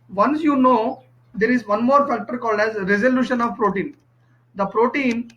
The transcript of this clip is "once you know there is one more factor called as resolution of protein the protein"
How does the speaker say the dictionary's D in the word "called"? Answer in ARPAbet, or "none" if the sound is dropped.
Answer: D